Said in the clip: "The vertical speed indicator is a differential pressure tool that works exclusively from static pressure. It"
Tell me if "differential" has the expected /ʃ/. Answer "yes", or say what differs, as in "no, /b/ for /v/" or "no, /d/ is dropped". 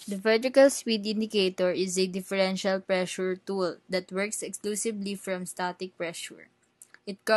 yes